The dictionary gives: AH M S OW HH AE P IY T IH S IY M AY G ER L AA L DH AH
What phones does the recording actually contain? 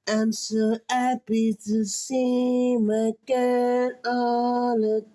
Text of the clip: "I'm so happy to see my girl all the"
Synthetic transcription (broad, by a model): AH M S OW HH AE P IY T IH S IY M AY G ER N AA L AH